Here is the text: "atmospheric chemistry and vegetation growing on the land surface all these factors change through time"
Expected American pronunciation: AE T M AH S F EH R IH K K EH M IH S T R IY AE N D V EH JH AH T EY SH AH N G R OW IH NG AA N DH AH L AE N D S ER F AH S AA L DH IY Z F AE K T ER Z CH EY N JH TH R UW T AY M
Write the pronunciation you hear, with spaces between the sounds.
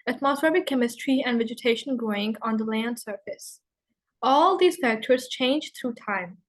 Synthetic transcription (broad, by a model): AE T M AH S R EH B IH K K EH M IH S T R IY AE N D V EH JH AH T EY SH AH N G R OW IH NG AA N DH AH L AE N D S ER F AH S AA L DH IY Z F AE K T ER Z CH EY N JH T R UW T AY M